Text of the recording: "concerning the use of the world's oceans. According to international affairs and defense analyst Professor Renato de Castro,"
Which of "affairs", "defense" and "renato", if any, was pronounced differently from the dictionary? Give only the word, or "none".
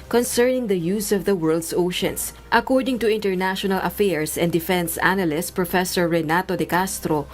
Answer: affairs